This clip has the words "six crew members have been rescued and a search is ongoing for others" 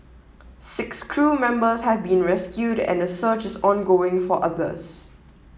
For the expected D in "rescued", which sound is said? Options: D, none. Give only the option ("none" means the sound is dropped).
D